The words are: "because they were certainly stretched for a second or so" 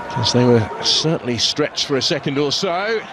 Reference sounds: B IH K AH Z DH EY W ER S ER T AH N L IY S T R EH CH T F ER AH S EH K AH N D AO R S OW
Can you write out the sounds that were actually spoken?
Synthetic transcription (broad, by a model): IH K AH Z DH EY W ER S ER T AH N L IY S T R EH CH T F ER AH S EH K AH N D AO L S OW